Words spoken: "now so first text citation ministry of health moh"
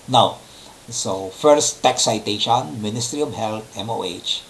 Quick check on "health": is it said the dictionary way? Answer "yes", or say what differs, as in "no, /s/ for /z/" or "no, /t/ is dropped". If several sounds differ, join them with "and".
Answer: no, /t/ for /θ/